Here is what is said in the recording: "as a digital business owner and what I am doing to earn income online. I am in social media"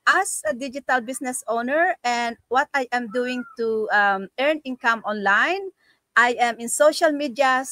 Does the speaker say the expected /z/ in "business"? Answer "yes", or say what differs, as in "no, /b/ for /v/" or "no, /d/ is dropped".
no, /s/ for /z/